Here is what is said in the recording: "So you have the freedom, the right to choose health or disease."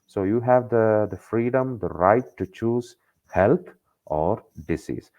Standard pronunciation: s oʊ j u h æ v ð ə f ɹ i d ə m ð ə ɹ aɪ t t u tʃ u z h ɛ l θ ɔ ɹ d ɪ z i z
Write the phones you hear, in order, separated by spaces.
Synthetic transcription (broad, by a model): s oʊ j u h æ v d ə f ɹ i d ə m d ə ɹ aɪ t t u tʃ u z h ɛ l t ɔ ɹ d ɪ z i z